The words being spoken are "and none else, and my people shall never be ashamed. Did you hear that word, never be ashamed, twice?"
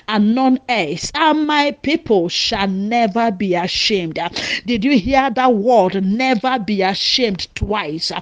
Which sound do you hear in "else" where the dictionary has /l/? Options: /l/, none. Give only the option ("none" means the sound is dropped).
none